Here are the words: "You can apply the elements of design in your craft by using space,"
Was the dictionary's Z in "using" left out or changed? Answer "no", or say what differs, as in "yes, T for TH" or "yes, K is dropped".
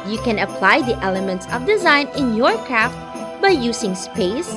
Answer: yes, S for Z